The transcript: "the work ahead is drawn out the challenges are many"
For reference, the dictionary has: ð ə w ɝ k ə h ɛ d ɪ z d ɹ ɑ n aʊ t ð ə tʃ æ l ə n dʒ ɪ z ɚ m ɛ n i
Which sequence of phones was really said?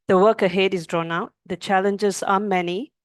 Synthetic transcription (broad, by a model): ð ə w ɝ k ə h ɛ d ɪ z d ɹ ɑ n aʊ t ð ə tʃ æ l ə n dʒ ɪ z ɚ m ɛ n i